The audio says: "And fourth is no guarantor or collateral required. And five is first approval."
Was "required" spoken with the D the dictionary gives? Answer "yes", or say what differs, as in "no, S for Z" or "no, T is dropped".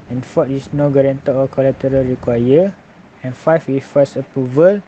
no, D is dropped